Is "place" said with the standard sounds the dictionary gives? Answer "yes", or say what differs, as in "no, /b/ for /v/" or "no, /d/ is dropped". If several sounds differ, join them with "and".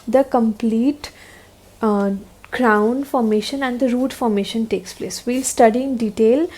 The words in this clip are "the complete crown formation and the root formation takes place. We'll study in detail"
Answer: yes